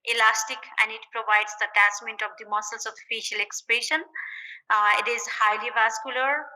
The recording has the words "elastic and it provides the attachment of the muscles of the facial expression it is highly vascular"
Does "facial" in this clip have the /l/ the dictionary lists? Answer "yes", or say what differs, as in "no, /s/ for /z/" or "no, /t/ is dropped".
yes